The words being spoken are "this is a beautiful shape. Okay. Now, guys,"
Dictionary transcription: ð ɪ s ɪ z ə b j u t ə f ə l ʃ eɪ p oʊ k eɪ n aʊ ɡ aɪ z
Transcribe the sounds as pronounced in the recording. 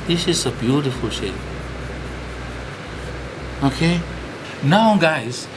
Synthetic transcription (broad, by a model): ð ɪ s ɪ z ə b j u t ə f ə l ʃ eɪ oʊ k eɪ n aʊ ɡ aɪ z